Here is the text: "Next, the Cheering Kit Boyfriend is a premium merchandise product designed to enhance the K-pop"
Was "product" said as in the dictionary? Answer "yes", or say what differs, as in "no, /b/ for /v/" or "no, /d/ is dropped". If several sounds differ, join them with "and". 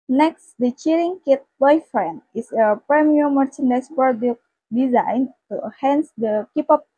no, /ɹ/ is dropped